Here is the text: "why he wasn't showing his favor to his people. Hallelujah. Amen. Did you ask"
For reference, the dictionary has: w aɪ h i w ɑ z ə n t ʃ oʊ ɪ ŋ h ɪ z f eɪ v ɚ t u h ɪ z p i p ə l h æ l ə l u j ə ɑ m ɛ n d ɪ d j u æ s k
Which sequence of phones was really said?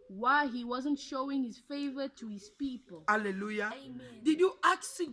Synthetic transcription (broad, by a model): w aɪ h i w ɑ z ə n t ʃ oʊ ɪ ŋ h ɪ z f eɪ v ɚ t u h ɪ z p i p ə l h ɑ l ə l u j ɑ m d ɪ d j u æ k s